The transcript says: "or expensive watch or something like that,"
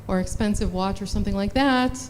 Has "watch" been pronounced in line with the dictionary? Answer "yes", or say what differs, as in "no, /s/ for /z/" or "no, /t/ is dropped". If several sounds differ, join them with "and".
yes